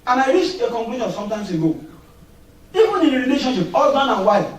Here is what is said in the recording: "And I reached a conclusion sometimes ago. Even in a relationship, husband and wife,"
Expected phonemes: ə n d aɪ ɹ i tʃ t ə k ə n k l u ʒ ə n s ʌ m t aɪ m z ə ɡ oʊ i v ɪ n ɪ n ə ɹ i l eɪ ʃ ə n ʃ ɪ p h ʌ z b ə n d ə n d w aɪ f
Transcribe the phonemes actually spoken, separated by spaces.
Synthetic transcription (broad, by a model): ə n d aɪ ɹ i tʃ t ə k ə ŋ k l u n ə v s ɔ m t aɪ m s ə ɡ oʊ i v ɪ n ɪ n ə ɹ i l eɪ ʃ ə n ʃ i p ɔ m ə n ə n w aɪ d